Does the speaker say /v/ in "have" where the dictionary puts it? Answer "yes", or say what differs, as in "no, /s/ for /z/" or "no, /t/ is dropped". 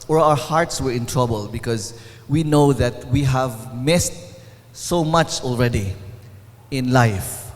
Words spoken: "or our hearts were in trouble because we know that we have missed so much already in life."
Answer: yes